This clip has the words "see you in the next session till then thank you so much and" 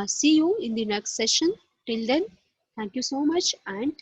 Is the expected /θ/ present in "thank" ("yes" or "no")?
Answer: no